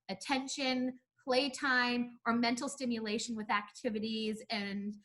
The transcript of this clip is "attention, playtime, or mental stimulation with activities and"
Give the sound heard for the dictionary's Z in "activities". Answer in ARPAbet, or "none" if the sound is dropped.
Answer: Z